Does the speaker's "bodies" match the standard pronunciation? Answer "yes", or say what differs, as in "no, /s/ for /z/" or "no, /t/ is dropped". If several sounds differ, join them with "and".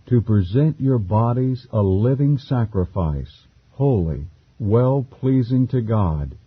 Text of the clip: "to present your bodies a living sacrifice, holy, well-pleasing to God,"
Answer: yes